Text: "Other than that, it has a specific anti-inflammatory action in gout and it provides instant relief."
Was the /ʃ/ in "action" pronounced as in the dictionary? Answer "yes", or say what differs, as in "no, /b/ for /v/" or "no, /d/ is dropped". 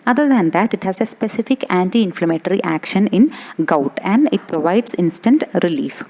yes